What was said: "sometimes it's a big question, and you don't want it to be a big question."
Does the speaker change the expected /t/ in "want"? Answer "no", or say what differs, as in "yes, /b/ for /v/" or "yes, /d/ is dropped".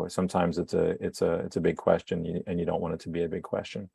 yes, /t/ is dropped